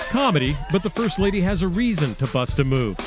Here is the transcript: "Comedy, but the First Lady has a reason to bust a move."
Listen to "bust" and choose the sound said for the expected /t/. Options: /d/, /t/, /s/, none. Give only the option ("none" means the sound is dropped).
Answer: /t/